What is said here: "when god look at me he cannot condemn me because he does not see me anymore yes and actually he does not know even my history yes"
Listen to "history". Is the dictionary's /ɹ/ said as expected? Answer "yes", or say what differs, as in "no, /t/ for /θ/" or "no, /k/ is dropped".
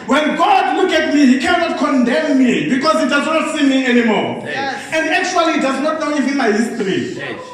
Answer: no, /ɹ/ is dropped